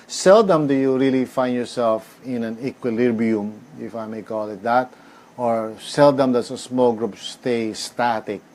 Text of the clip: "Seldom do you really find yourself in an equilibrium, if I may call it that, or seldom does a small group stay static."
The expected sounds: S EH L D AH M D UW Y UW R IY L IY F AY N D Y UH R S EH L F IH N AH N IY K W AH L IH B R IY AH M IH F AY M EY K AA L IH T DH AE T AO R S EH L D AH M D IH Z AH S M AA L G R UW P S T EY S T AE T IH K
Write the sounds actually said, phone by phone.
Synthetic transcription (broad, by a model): S EH L D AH M D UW Y UW R IY L IY F AY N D Y UH R S EH L F IH N AH N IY K W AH L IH B IY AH M IH F AY M EY K AA L IH T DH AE T AO R S EH L D AH M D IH S AH S M AA L G R UW P S T EY S T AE T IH K